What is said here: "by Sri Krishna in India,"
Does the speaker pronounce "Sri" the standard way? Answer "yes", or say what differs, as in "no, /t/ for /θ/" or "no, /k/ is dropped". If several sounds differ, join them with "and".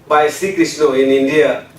no, /ɹ/ is dropped